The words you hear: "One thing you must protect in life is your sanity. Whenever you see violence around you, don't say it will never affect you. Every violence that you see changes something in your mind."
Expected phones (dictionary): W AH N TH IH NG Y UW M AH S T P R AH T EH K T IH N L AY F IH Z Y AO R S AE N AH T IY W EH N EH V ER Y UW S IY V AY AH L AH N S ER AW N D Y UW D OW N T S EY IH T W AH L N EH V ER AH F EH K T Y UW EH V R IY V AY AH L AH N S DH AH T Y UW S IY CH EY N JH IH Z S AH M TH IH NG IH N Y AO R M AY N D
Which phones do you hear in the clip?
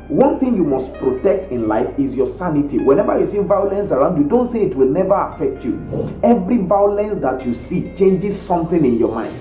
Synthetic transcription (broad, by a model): W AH N TH IH NG Y UW M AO S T P R AH T EH K T IH N L AY F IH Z Y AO S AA N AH T IY W EH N EH V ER Y UW S IY V AY AH L AH N S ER AW N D Y UW D OW N T S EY IH T W AH L N EH V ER AH F EH K T Y UW EH V R IY V AY AH L AH N S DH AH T Y UW S IY CH EY N JH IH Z S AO M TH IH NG IH N Y AO M AY N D